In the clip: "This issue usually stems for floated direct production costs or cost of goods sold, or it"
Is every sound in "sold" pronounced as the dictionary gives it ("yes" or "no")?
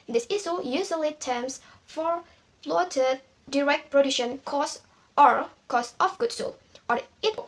no